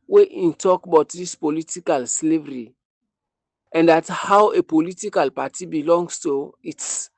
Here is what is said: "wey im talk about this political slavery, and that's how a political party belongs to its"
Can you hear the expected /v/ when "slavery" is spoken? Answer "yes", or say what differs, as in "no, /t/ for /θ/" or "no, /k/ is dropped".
yes